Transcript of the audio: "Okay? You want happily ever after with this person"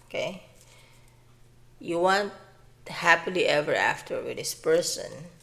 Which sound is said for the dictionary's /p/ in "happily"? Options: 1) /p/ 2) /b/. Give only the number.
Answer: 1